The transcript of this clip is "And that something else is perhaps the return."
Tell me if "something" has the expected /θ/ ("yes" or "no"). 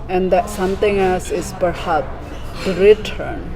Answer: no